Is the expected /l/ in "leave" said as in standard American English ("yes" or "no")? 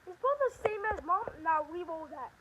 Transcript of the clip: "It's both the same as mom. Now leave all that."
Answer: no